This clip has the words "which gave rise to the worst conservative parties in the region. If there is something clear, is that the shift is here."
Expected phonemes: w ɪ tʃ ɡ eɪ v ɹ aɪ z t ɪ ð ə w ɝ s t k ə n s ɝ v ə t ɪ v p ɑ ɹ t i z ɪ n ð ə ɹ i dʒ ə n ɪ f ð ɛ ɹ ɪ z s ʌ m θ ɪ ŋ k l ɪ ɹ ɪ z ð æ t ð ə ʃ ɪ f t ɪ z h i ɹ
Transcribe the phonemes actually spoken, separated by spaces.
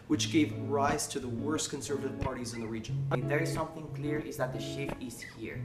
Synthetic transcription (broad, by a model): w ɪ tʃ ɡ eɪ v ɹ aɪ z t ɪ ð ə w ɝ s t k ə n s ɝ v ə t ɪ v p ɑ ɹ t i z ɪ n ð ə ɹ i dʒ ə n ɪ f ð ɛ ɹ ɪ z s ʌ m θ ɪ ŋ k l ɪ ɹ ɪ z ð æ t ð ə ʃ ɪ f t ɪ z h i ɹ